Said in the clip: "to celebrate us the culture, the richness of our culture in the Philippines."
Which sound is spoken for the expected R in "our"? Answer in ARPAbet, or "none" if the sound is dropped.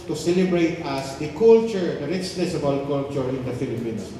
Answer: L